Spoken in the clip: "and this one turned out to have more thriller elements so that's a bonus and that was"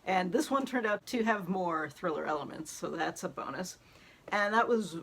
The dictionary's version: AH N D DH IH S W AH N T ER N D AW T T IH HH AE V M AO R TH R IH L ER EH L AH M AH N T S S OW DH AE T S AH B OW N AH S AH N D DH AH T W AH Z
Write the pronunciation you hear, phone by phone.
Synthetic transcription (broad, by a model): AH N DH IH S W AH N T ER N D AW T T IH V M AO R TH R IH L ER EH L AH M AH N T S S OW DH AE T S AH B OW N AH S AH N DH AH T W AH Z